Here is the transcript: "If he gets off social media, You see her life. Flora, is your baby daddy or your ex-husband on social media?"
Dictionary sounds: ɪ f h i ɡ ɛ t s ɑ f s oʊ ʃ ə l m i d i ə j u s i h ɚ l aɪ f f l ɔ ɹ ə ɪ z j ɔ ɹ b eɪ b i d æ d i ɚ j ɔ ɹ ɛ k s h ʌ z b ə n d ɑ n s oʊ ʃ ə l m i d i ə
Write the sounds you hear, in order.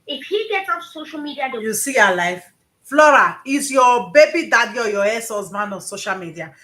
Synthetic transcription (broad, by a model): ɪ f h i ɡ ɛ t s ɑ s oʊ ʃ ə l m i d i ə j u s i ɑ l aɪ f f l ɔ ɹ ə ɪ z j ɔ b eɪ b i d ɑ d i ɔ j ɔ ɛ s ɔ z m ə n ɑ n s oʊ ʃ ə l m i d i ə